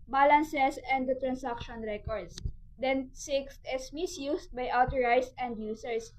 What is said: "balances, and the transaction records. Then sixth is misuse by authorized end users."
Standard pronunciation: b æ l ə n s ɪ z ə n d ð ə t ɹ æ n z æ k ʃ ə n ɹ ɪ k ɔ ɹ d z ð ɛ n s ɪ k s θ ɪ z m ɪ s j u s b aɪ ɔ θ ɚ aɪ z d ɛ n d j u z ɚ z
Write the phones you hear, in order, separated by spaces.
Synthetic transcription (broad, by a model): b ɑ l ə n s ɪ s ə n d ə t ɹ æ n s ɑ k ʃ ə n ɹ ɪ k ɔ ɹ d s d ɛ n s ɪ k s t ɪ s m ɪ s j u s b aɪ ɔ t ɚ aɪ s ɛ n d j u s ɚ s